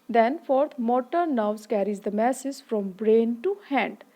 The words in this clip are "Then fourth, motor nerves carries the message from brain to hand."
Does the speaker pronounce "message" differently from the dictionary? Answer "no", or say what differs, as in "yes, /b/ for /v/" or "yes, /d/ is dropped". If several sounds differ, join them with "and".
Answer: yes, /z/ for /dʒ/